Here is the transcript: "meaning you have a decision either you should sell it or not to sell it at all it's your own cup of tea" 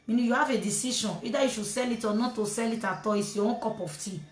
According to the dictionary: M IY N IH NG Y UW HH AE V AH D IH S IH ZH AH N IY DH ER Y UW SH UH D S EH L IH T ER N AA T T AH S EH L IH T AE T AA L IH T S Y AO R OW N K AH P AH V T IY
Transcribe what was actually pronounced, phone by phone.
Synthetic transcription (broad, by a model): M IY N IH Y UW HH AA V AH D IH S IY SH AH N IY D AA Y UW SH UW S EH L IH T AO N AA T T AH S EH L IH T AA T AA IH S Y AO W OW K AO P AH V T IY